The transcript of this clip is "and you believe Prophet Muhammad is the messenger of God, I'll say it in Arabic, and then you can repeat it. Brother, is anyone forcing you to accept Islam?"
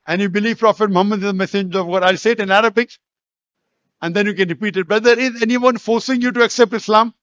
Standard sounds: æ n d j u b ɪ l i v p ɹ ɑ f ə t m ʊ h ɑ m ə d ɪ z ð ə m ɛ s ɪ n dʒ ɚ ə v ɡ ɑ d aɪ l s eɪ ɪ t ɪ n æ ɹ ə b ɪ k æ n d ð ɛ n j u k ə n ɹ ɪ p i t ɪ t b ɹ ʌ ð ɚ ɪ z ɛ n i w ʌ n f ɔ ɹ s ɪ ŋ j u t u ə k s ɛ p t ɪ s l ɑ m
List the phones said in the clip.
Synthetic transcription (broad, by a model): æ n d j u b ɪ l i v p ɹ ɑ f ə t m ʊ h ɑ m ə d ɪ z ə m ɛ s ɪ dʒ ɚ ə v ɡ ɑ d aɪ l s eɪ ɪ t ɪ n æ ɹ ə b ɪ k æ n d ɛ n j u k ə n ɹ ɪ p i t ɪ t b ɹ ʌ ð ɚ ɪ z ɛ n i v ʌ n f ɔ ɹ s ɪ ŋ j u t u ə k s ɛ p t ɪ s l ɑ m